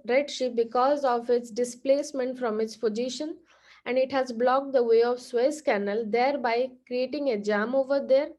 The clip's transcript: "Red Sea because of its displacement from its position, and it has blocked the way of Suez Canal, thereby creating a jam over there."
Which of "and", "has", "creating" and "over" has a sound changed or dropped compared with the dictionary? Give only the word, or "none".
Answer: none